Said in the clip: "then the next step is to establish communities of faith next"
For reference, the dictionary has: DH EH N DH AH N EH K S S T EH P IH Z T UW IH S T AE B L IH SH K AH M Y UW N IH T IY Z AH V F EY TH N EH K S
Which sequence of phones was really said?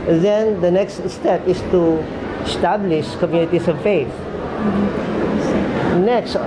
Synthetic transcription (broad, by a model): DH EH N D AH N EH K S S T EH P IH S T UW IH S T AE B L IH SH K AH M Y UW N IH T IY S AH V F EY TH N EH K S